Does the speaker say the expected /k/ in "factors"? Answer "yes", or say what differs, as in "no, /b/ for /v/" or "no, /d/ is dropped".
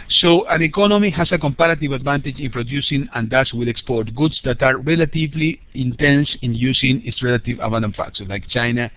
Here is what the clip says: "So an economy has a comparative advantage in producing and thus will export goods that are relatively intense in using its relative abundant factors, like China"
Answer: no, /k/ is dropped